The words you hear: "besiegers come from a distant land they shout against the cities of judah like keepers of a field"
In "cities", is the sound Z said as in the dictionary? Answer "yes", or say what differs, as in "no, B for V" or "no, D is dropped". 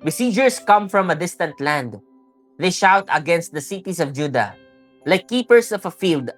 no, S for Z